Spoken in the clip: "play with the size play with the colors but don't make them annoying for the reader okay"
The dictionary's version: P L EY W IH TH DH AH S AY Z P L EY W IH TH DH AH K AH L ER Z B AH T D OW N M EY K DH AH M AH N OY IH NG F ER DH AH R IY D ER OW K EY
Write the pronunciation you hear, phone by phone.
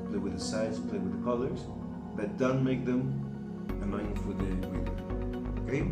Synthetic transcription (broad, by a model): P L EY W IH DH AH S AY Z P L EY W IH DH AH K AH L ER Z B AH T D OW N M EY K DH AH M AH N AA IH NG F ER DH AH W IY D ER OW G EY